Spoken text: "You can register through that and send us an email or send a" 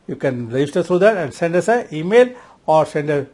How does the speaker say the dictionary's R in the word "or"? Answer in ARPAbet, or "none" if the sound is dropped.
R